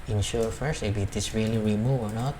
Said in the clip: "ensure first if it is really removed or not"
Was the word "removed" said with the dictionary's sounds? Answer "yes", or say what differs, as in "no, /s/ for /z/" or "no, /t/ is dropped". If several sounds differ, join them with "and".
no, /d/ is dropped